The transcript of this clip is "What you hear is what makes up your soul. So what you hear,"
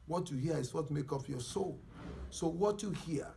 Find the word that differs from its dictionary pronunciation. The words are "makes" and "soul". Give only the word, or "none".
makes